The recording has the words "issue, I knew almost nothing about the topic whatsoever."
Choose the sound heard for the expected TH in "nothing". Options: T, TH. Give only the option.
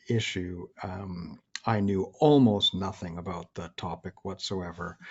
TH